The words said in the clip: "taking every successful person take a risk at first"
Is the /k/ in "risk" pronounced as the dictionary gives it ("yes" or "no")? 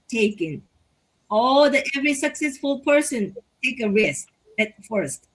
no